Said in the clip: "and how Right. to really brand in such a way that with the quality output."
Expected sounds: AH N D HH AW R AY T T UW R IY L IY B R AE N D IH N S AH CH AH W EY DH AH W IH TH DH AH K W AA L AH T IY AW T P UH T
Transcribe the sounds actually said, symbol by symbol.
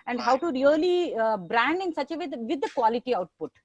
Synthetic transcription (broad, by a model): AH N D HH AW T T UW R IY L IY B R AE N D IH N S AH CH AH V EY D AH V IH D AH K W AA L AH T IY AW T P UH T